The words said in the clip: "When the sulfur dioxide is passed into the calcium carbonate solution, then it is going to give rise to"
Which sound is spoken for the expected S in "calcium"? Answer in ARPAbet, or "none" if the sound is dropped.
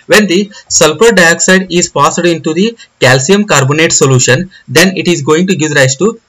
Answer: S